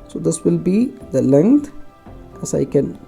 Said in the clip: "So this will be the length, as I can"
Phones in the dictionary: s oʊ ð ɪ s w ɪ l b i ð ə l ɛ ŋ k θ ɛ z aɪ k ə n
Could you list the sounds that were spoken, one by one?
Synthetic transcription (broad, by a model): s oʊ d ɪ s w ɪ l b i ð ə l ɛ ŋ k t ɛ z aɪ k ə n